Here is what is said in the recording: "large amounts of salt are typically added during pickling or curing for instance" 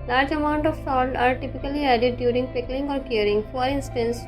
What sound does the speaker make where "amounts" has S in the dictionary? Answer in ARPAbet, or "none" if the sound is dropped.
none